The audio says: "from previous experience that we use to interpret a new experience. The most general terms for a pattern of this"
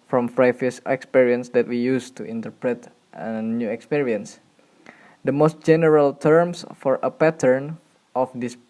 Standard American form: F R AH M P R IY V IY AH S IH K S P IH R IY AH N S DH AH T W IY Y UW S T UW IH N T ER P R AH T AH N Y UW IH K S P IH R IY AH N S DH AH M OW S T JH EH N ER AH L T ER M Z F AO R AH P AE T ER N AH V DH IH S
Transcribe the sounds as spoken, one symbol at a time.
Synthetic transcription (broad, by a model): F R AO M F R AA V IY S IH K S P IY R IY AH N S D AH T W IY Y UW S T UW IH N T ER P R AH T AH N Y UW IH K S P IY R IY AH N S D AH M OW S T JH EH N ER AH L T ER M S F AO R AH P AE T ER N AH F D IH S